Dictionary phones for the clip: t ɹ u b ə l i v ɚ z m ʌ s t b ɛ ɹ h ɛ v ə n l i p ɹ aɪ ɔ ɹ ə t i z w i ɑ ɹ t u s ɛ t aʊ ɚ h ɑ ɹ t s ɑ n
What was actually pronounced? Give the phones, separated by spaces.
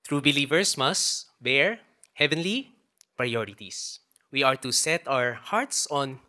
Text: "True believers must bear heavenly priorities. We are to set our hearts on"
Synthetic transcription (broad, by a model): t ɹ u b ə l i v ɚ s m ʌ s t b ɛ ɹ h ɛ v ə n l i p ɹ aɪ ɔ ɹ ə t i s w i ɑ ɹ t u s ɛ t aʊ ɚ h ɑ ɹ t s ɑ n